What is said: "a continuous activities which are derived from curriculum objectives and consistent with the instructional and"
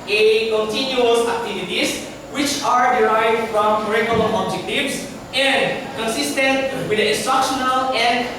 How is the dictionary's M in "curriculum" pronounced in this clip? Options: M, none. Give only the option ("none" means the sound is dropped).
none